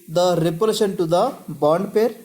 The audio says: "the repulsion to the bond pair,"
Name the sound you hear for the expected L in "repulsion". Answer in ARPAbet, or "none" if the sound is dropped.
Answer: none